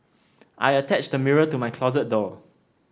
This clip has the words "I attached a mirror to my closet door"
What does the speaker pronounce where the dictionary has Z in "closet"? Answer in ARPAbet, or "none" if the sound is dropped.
Z